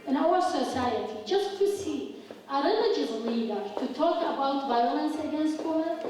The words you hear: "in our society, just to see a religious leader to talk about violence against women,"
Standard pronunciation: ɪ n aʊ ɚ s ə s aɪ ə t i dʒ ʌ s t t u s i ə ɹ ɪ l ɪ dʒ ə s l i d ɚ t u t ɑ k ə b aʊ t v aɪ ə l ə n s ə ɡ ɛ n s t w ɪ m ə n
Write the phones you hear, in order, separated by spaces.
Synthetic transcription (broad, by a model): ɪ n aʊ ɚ s ə s aɪ ə t i dʒ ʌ s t t u s i ə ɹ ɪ n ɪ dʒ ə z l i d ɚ t u t ɑ k ə b aʊ t v aɪ ə l ə n s ə ɡ ɛ n s t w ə